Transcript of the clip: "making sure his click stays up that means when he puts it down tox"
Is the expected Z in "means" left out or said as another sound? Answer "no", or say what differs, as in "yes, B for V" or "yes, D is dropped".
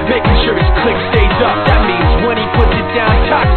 no